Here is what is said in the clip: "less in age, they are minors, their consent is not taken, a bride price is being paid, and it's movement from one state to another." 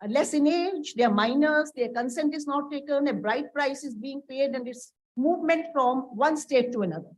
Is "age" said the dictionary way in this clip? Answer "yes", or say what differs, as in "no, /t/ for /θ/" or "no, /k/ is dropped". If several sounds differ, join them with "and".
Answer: yes